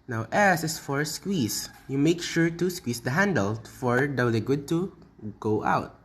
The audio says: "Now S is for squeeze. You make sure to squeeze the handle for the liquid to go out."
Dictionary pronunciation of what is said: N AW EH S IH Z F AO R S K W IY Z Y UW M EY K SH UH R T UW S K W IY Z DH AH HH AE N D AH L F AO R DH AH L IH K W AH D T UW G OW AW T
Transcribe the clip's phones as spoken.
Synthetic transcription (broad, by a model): N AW EH S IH S F AO R S K W IY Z Y UW M EY K SH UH R T UW S K W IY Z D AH HH AE N D AH L F AO R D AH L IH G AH D T UW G OW AW T